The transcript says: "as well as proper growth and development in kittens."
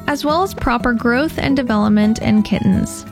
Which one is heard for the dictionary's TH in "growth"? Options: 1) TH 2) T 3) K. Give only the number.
1